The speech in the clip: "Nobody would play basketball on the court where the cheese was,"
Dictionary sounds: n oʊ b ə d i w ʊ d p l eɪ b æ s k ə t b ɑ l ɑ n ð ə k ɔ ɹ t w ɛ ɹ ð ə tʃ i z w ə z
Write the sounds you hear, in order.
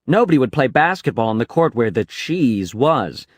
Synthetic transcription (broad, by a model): n oʊ b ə d i w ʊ d p l eɪ b æ s k ə t b ɑ l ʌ n ð ə k ɔ ɹ t w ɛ ɹ ð ə tʃ i z w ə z